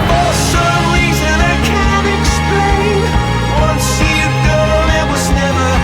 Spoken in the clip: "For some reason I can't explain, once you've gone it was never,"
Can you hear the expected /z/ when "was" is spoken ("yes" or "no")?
yes